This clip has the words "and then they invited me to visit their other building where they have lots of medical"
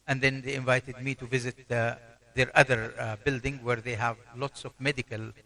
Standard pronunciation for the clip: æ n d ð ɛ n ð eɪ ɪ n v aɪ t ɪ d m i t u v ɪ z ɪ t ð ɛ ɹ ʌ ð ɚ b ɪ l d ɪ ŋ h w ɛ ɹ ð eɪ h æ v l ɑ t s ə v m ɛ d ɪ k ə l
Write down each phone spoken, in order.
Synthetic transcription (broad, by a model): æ n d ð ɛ n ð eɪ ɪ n v aɪ t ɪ d m i t u v ɪ z ɪ t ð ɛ ɹ ʌ ð ɚ b ɪ l d ɪ ŋ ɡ w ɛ ɹ ð eɪ h æ v l ɑ t s ə v m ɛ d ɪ k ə l